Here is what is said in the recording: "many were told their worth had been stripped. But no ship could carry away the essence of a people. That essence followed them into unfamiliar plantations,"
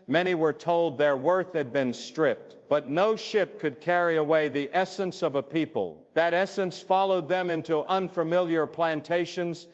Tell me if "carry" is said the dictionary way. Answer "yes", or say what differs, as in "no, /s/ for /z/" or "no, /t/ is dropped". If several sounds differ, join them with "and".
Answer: yes